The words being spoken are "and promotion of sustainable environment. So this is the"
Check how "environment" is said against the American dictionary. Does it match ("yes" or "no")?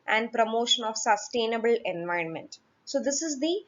yes